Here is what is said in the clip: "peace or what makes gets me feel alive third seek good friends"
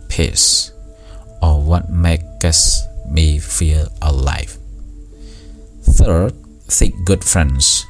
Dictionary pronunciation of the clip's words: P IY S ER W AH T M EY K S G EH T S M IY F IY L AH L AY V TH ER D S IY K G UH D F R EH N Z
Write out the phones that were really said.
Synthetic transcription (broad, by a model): P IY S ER W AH T M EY K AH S M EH F IY L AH L AY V TH ER D TH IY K G UH D F R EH N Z